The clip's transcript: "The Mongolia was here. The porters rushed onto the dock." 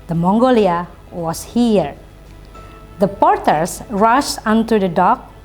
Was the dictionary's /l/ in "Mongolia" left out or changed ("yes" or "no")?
no